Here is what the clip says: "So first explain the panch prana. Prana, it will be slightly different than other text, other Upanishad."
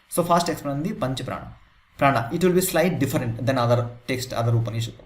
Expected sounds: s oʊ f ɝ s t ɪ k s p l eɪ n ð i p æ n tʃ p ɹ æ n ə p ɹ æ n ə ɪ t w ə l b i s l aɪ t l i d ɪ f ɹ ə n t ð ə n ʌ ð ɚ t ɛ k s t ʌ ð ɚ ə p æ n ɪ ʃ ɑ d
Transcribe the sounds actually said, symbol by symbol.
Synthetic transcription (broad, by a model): s oʊ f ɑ s t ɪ k s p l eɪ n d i p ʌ n tʃ p ɹ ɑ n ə p ɹ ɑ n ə ɪ t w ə l b i s l aɪ t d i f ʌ ɹ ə n t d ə n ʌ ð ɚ t ɛ k s t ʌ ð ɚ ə p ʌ n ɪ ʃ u